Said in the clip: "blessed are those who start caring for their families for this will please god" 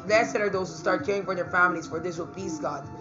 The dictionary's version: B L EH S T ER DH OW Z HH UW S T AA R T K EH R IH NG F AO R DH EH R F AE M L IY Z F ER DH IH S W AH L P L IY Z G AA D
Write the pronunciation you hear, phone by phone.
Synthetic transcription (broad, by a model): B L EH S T ER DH OW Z HH UW S T AA R T K EH R IH NG F AO R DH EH R F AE M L IY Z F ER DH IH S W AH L P IY S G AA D